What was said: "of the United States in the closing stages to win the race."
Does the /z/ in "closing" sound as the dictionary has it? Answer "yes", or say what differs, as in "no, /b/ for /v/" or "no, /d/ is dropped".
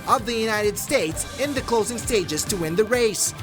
yes